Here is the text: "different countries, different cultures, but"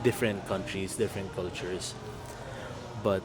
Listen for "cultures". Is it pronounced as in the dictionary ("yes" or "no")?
no